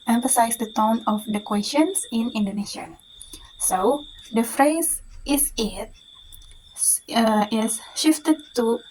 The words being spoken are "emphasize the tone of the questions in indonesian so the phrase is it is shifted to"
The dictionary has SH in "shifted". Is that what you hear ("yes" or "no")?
yes